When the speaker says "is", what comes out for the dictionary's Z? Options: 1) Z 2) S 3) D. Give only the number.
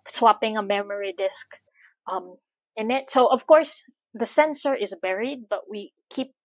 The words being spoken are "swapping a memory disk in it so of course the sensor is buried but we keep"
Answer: 1